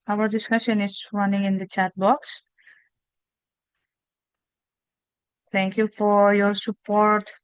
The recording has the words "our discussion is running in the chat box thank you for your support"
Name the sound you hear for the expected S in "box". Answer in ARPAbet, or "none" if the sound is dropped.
S